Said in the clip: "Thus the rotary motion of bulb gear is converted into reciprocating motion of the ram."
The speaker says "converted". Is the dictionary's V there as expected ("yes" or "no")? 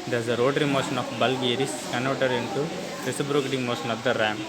no